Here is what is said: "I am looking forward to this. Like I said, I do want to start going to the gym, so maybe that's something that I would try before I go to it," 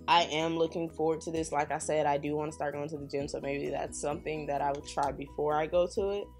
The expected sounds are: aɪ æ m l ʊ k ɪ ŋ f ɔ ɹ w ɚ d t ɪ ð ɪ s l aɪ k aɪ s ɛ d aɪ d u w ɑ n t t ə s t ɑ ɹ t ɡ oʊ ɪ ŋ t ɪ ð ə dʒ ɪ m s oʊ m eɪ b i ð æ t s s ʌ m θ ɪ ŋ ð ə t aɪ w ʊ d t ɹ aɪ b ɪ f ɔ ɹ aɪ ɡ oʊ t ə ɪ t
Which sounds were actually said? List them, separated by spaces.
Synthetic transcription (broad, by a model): aɪ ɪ m l ʊ k ɪ ŋ f ɔ ɹ w ɚ d t ɪ ð ɪ s l aɪ k aɪ s ɛ d aɪ d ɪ w ɑ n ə s t ɑ ɹ t ɡ oʊ ɪ ŋ t ɪ ð ə dʒ ɪ m s oʊ m eɪ b i ð æ t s s ʌ m θ ɪ ŋ ð ə t aɪ w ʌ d t ɹ aɪ b ɪ f ɔ ɹ aɪ ɡ oʊ t ə ɪ t